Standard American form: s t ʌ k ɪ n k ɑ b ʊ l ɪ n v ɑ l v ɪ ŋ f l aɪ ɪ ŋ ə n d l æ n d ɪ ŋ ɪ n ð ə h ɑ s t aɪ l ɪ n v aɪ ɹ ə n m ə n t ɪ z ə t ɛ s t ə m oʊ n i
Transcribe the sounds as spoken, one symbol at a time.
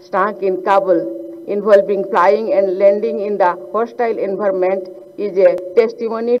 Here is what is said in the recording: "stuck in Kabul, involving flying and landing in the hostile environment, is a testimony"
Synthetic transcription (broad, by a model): s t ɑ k ɪ n k ɑ b ʊ l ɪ n b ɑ l b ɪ ŋ p l aɪ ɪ ŋ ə n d l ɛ n d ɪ ŋ ɪ n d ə h ɑ s t aɪ l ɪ n b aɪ ɹ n m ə n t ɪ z ə t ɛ s t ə m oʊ n i